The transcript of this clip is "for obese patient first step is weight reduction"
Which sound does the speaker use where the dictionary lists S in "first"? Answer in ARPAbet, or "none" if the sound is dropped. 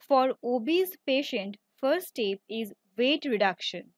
none